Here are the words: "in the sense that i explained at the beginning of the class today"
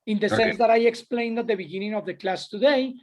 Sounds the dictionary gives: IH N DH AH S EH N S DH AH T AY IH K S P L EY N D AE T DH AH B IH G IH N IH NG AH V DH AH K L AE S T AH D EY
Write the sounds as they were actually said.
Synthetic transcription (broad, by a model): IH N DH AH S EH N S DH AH T AY IH K S P L EY N D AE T DH AH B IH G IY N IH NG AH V DH AH K L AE S T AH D EY